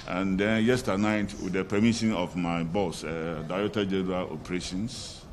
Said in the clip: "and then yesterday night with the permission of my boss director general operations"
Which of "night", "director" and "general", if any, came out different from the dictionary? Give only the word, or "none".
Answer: director